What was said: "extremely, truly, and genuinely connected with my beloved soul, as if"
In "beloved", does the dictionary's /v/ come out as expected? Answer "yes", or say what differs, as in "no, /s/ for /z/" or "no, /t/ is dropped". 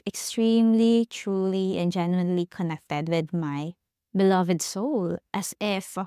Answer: yes